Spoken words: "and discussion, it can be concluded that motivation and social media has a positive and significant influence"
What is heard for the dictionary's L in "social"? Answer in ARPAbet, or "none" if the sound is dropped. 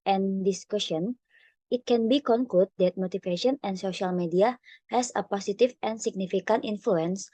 L